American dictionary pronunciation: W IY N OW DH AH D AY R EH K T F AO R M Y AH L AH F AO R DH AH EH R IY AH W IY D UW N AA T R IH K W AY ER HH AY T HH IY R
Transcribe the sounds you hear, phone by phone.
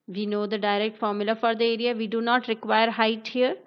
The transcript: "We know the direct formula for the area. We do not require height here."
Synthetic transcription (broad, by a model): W IY N OW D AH D AY R EH K T F AO R M Y AH L AH F AO R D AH EH R IY AH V IY D UW N AA T R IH K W AY ER HH AY T HH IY R